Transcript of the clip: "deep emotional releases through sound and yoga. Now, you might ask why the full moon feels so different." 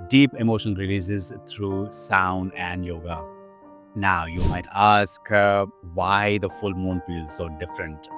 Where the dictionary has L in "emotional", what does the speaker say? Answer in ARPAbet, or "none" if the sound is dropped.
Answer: N